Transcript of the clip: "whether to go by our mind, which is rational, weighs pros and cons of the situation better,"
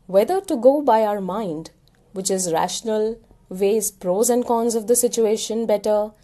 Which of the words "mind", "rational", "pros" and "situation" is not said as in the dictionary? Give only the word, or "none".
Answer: none